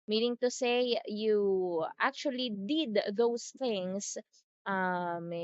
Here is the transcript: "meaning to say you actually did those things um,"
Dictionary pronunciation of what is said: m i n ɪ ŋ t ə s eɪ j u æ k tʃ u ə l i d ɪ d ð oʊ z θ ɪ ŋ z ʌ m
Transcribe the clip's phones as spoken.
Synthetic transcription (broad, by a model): m i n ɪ ŋ t ə s eɪ j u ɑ k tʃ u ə l i d ɪ d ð oʊ s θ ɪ ŋ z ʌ m